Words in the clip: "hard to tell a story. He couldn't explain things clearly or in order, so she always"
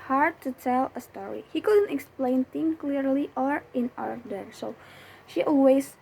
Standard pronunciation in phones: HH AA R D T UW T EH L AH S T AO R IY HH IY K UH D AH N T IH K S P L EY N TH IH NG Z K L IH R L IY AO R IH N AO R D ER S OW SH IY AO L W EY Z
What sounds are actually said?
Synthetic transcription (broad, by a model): HH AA R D T UW T EH L AH S T AO R IY HH IY K UH D AH N T IH K S P L EY N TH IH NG K L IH R L IY AO R IH N AO R D ER S OW SH IY AO L W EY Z